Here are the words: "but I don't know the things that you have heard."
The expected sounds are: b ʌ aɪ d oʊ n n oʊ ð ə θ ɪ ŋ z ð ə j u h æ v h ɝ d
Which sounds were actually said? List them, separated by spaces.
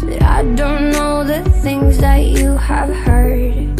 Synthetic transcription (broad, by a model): aɪ d oʊ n n oʊ ð ə θ ɪ ŋ z ð ə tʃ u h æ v h ɝ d